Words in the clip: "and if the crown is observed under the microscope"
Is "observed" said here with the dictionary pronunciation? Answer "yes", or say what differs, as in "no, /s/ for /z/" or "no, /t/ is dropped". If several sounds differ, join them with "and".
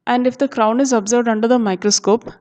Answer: yes